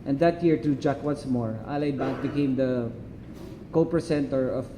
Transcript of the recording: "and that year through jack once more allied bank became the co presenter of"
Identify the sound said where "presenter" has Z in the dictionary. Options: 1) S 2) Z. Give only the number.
1